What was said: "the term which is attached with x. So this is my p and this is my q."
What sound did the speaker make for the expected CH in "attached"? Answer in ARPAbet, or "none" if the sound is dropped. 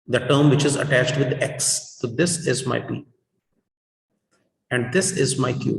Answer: CH